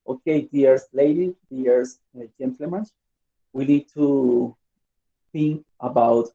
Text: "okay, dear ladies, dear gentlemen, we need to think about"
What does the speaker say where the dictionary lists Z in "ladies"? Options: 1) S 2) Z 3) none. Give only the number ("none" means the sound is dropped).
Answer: 3